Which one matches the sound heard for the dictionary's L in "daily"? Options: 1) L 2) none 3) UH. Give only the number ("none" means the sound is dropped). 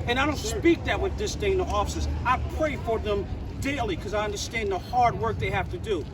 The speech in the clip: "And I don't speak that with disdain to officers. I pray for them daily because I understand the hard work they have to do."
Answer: 2